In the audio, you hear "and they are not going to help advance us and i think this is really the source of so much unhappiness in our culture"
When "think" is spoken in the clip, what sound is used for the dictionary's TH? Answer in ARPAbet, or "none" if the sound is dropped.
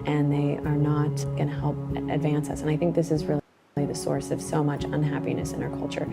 TH